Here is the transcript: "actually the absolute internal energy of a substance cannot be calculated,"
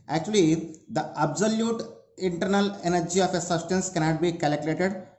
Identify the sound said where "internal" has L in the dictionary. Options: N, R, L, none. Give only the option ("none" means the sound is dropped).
L